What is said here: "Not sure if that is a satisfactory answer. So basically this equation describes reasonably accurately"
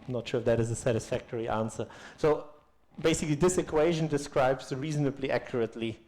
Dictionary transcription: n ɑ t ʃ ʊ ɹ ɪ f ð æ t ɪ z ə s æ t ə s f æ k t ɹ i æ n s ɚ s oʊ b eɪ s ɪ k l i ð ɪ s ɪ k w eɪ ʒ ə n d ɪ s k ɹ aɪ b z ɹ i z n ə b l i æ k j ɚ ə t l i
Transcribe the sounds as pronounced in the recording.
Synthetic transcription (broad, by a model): n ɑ t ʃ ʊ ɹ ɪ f ð æ t ɪ z ə s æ t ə s f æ k t ɹ i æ n s ɚ s oʊ b eɪ s ɪ k l i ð ɪ s ɪ k w eɪ ʒ ə n d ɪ s k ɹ aɪ b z ɹ i z n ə b l i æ k j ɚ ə t l i